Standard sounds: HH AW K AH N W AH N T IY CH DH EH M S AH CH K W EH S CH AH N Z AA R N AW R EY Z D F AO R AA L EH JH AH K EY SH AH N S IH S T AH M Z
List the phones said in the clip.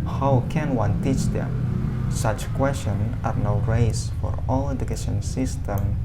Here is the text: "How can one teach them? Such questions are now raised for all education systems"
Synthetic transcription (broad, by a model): HH AW K AH N W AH N T IY CH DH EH M S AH CH K W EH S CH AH N AA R N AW R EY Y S F AO R AA L EH JH AH K EY SH AH N S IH S T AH M